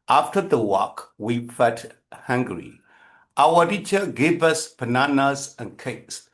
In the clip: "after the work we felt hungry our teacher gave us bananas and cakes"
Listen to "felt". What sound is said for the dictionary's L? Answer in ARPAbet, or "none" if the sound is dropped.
none